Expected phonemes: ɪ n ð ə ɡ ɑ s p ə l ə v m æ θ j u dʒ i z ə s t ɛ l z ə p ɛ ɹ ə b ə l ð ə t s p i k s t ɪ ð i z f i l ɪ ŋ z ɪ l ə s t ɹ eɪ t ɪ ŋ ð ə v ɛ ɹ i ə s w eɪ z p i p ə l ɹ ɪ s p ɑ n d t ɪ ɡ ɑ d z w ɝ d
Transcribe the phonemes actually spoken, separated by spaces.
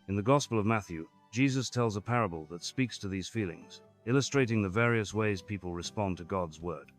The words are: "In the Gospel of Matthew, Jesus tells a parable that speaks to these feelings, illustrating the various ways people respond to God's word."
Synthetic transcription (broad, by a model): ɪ n ð ə ɡ ɑ s p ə l ə v m æ θ j u dʒ i z ə s t ɛ l z ə p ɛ ɹ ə b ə l ð ə t s p i k s t ɪ ð i z f i l ɪ ŋ z ɪ l ə s t ɹ eɪ t ɪ ŋ ð ə v ɛ ɹ i ə s w eɪ z p i p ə l ɹ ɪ s p ɑ n t ɪ ɡ ɑ d z w ɝ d